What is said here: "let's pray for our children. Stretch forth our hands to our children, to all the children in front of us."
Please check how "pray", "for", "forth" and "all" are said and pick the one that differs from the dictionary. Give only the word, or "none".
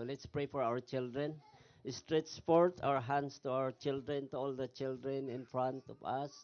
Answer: forth